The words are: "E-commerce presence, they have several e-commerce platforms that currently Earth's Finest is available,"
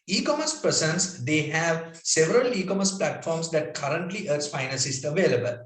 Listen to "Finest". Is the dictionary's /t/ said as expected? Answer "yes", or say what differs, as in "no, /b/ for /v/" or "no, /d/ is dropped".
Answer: no, /t/ is dropped